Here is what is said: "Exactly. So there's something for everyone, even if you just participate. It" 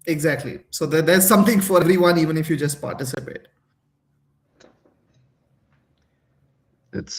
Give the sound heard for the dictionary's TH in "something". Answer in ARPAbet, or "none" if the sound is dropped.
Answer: T